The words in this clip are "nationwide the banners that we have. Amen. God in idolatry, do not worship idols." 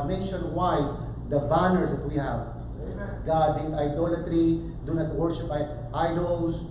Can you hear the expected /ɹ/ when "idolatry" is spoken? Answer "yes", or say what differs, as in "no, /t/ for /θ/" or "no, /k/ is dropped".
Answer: yes